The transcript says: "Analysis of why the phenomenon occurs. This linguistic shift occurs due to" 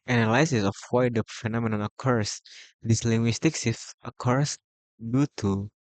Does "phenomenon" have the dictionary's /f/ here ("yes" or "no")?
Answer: yes